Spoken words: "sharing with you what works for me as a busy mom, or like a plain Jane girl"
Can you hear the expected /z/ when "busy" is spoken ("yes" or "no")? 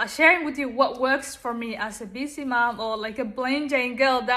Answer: no